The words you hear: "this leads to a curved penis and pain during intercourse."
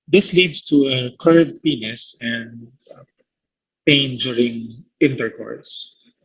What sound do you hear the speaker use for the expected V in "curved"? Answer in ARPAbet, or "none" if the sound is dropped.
none